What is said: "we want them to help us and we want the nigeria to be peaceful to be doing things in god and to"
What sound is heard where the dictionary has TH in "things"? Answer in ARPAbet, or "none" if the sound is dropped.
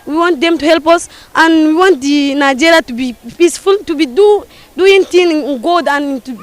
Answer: T